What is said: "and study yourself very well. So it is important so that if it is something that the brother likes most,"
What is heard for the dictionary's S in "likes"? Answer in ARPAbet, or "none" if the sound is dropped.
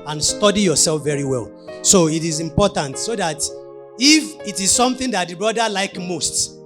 none